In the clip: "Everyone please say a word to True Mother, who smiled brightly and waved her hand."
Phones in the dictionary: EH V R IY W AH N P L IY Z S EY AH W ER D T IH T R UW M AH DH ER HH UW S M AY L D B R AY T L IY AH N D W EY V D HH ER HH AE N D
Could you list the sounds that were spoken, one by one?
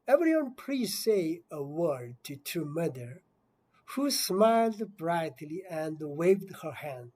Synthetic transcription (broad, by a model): EH V R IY W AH N P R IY S EY AH W ER D T IH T UW M AH DH ER HH UW S M AY L D B R AY T L IY AH N D W EY V D HH ER HH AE N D